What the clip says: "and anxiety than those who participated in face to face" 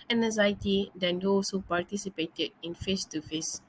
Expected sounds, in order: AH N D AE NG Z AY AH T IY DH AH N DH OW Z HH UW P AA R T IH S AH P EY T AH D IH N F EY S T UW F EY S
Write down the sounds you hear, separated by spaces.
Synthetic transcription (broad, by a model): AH N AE Z AY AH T IY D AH N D OW S HH UW P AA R T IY S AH P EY T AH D IH N F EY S T UW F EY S